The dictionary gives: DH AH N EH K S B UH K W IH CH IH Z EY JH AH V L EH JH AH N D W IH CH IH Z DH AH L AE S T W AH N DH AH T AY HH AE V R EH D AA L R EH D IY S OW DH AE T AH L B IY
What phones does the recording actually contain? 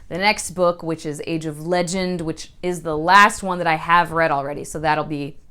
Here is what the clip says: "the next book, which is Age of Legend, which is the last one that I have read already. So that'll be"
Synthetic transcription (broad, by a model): DH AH N EH K S B UH K W IH CH IH Z EY JH AH V L EH JH AH N D W IH CH IH Z DH AH L AE S T W AH N DH AH T AY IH V R EH D L R EH D IY S OW DH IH T L B IY